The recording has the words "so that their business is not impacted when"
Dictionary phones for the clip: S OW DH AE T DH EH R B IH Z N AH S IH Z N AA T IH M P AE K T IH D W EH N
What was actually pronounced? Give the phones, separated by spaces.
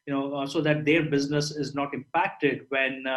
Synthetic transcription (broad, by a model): S OW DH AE T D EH R B IH Z N AH S IH Z N AA T IH M P AE K T IH D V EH N